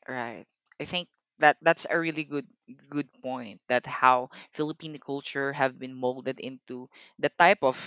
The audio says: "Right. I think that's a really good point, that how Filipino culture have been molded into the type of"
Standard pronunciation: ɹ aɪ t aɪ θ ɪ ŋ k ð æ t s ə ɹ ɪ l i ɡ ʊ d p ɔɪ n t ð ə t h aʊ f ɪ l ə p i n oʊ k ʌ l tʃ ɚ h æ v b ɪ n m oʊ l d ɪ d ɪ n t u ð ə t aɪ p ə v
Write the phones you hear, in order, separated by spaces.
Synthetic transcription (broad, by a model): ɹ aɪ t aɪ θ ɪ ŋ k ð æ t s ə ɹ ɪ l i ɡ ʊ d p ɔɪ n t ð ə t h aʊ f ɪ l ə p i n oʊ k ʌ l tʃ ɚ h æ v b ɪ n m oʊ l d ɪ d ɪ n t u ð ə t aɪ p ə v